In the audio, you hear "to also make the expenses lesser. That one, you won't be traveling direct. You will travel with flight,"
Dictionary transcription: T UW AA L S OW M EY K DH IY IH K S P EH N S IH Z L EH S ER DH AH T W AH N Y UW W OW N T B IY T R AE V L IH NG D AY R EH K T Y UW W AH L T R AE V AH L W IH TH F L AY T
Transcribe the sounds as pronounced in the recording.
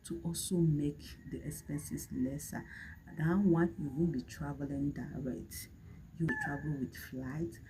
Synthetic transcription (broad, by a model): T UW AA L S OW M EY K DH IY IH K S P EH N S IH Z L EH S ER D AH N W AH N Y UW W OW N B IY T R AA V L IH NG D AY R EH K T Y UW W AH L T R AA V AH L W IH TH F L AY T